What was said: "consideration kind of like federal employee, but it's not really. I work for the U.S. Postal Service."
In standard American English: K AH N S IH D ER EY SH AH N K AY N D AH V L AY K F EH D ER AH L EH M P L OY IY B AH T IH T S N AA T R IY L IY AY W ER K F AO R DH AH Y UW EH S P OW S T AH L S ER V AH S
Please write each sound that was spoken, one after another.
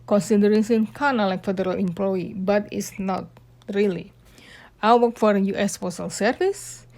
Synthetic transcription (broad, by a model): K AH N S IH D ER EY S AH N K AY N AH L AY K F EH D ER AH L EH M P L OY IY B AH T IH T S N AA T R IY L IY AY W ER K F AO R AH Y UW EH S F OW S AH L S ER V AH S